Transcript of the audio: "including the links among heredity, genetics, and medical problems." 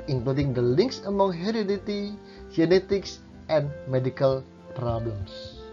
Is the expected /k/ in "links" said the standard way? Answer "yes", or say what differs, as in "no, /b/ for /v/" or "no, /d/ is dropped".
yes